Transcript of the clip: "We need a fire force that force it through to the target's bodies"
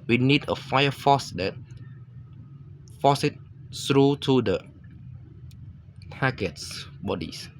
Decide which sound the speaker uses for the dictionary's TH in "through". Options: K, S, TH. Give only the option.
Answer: S